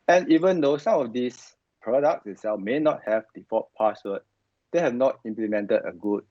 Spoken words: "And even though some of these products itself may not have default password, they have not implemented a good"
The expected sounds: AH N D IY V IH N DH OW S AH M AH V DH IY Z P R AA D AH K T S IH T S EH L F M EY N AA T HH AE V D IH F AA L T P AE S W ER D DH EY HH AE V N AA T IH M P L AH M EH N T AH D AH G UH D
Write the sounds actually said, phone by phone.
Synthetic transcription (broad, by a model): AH N IY V IH N OW S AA M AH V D IY S P R AA D AH K T S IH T S EH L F M EY N AA T HH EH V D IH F AA T P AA S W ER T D EY HH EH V N AA T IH M P L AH M EH N T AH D AH G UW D